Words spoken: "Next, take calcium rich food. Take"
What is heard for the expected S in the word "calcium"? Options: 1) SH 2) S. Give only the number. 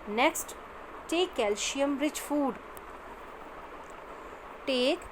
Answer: 1